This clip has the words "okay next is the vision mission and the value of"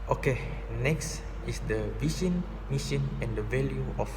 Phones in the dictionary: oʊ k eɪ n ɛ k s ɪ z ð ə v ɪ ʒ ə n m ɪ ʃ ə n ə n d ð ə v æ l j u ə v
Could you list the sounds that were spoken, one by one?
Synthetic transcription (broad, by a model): oʊ k eɪ n ɛ k s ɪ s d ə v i ʃ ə n m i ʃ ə n ə n d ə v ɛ l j u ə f